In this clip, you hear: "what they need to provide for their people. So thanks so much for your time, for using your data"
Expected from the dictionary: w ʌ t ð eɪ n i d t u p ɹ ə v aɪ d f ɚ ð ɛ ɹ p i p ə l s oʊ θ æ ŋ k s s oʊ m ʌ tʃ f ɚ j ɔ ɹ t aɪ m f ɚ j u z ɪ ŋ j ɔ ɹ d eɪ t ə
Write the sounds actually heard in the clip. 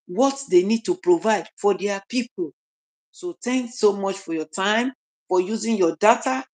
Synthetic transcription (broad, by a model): w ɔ t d eɪ n i d t u p ɹ ə v aɪ d f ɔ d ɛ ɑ p i p ə l s oʊ t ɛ ŋ k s s oʊ m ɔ tʃ f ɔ j ɔ t aɪ m f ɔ j u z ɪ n j ɔ d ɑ t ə